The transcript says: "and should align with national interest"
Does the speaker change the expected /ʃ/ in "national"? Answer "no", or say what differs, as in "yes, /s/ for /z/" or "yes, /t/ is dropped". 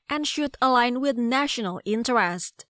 no